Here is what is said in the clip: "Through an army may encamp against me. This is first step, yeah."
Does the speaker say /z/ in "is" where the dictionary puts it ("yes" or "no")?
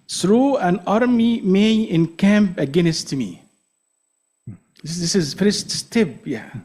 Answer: yes